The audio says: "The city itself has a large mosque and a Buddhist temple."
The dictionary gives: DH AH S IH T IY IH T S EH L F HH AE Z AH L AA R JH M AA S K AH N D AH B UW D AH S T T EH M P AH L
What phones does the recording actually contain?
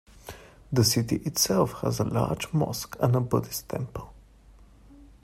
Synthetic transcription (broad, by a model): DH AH S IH T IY IH T S EH L F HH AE Z AH L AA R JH M AA S K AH N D AH B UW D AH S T T EH M P AH L